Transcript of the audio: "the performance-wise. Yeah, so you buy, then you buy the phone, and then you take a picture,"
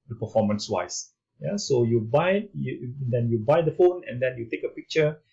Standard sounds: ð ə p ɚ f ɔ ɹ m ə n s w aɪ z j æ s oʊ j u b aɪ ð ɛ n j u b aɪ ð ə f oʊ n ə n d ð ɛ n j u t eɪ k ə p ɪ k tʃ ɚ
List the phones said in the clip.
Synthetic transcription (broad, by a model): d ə p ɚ f ɔ m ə n s w aɪ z j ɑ s oʊ j u b aɪ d ɛ n j u b aɪ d ə f oʊ n ə n d ɛ n j u t eɪ k ə p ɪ k tʃ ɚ